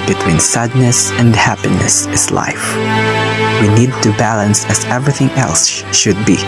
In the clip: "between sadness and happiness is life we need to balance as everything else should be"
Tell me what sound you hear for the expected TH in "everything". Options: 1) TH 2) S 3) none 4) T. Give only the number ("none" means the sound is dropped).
1